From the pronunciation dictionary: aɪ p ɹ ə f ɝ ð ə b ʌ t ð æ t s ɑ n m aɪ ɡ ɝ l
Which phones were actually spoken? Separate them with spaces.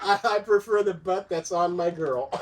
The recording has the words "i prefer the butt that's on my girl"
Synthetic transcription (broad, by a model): aɪ p ɹ ə f ɝ ð ə b ʌ t ð æ t s n m aɪ ɡ ɝ l